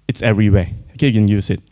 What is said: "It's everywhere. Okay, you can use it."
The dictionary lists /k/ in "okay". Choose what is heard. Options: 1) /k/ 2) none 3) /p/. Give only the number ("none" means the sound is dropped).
2